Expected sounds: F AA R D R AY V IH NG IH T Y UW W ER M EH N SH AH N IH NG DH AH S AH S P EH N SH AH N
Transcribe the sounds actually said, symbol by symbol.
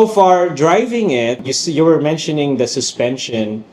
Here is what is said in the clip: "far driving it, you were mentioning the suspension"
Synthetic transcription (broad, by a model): F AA R D R AY V IH NG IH T Y UW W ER M EH N SH AH N IH NG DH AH S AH S P EH N SH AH N